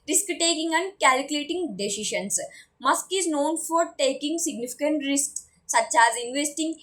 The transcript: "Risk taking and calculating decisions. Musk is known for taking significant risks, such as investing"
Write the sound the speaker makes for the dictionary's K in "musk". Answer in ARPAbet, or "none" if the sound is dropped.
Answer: K